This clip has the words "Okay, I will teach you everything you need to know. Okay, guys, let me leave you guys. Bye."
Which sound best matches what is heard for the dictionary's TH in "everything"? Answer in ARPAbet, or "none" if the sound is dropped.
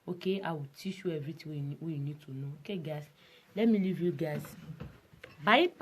T